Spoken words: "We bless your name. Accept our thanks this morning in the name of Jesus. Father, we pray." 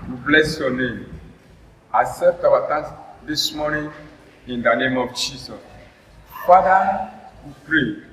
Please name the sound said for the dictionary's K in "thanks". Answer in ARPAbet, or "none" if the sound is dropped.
none